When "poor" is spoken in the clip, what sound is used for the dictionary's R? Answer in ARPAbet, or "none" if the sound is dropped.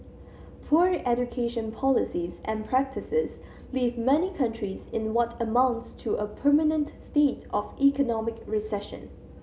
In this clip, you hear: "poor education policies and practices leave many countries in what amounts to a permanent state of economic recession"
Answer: R